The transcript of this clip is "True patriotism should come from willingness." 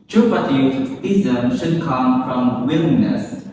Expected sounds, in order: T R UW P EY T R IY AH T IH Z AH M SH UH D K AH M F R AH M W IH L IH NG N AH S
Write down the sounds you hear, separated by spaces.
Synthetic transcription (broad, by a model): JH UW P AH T IY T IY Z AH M SH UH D K AH M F R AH M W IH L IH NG N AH S